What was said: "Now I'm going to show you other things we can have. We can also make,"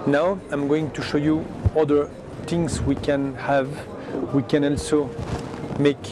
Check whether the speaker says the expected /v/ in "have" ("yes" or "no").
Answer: yes